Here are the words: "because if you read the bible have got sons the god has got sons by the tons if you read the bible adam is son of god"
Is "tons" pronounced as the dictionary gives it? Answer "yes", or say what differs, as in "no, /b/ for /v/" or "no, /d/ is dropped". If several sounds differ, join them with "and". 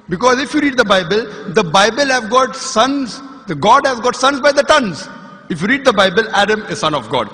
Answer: yes